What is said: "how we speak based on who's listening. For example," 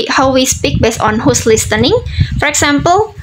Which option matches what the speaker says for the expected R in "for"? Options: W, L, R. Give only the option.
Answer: R